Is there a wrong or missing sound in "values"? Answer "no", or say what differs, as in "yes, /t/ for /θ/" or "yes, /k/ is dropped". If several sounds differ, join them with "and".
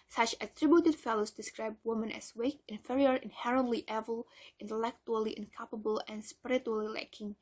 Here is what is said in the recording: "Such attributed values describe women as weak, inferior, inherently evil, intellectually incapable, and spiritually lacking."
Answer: yes, /f/ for /v/